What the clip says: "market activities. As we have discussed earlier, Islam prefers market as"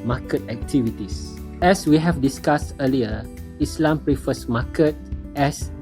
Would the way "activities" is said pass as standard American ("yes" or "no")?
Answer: no